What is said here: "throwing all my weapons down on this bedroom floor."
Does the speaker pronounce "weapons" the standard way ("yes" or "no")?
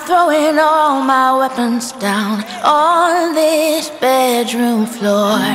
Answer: yes